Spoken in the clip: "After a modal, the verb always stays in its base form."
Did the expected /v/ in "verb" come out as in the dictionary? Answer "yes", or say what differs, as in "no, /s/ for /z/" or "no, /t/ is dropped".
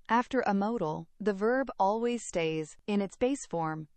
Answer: yes